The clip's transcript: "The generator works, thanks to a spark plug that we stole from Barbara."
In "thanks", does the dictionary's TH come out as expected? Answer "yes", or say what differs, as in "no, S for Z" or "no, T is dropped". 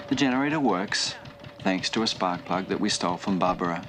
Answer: yes